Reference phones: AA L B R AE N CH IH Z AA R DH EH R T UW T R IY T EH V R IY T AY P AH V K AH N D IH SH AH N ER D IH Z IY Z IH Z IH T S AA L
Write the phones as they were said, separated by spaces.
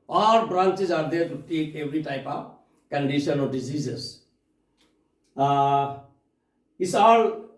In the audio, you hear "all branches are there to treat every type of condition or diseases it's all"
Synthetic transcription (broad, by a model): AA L B R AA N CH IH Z AA R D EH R T UW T IY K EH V R IY T AY P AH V K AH N D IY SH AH N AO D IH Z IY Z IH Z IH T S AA L